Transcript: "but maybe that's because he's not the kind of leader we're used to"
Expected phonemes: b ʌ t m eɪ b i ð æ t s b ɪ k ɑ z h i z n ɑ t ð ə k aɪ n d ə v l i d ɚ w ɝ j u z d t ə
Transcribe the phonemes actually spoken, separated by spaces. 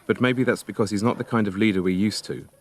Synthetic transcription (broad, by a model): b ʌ t m eɪ b i ð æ t s b ɪ k ɑ z h i z n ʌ t ð ə k aɪ n d ə v l i d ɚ w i j u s t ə